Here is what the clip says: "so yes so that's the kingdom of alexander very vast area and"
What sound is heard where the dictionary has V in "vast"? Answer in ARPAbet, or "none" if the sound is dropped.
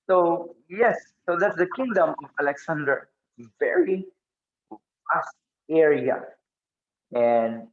F